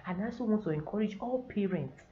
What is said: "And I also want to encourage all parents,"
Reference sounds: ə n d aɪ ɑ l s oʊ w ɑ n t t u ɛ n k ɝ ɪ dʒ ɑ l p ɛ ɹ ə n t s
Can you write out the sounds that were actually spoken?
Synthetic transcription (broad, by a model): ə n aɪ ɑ s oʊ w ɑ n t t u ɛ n k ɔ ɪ dʒ ɑ l p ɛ ɹ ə n t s